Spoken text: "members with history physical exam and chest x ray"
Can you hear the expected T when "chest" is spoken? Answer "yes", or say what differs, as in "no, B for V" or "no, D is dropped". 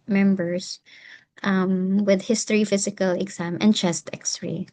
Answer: yes